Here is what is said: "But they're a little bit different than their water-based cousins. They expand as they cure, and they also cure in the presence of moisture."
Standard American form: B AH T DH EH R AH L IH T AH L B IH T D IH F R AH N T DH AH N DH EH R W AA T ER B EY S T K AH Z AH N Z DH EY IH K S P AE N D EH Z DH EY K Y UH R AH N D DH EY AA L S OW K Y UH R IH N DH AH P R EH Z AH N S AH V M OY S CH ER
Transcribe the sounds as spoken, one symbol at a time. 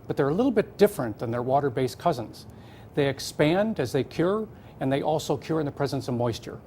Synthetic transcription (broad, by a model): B AH T DH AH R AH L IH T L B IH T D IH F R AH N DH AH N DH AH R W AA T ER B EY S K AH Z AH N Z DH EY IH K S P AE N D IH Z DH EY K Y UH R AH N DH EY AA L S OW K Y UH R IH N DH AH P R EH Z AH N S AH V M OY S CH ER